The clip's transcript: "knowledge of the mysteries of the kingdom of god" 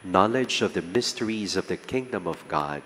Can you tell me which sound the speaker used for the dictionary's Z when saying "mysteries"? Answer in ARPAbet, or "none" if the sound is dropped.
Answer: Z